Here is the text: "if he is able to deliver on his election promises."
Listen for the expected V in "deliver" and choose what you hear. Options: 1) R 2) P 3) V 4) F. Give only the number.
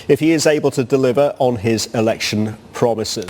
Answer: 3